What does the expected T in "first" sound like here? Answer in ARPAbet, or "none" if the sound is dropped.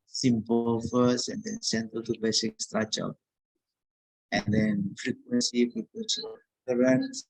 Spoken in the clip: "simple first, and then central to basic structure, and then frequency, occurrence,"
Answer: none